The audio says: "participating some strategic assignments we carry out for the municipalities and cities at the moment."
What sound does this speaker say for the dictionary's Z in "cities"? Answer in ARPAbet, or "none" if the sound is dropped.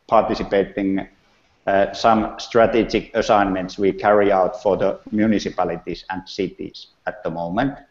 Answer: S